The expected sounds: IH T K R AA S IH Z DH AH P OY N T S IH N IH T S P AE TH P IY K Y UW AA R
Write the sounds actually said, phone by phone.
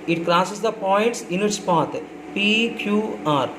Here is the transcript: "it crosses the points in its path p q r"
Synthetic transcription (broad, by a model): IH T K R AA S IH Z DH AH P OY N T S IH N IH T S P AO T P IY K Y UW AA R